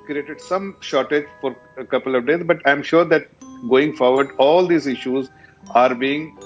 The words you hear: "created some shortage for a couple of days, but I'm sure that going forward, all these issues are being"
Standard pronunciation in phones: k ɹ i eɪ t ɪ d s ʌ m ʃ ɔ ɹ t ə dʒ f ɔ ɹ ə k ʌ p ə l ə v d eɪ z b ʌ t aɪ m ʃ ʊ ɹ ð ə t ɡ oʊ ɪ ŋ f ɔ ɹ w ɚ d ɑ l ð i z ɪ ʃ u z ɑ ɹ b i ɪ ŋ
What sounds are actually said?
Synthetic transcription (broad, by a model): k ɹ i eɪ t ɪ d s ʌ m ʃ ɔ ɹ t ə dʒ f ɔ ɹ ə k ʌ p ə l ə v d eɪ z b ʌ t aɪ m ʃ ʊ ɹ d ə t ɡ oʊ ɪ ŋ f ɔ ɹ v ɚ d ɑ l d i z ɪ ʃ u z ɑ ɹ b i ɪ ŋ